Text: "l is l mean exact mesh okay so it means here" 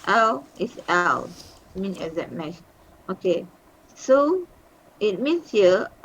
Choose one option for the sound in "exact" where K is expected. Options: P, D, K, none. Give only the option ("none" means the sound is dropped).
none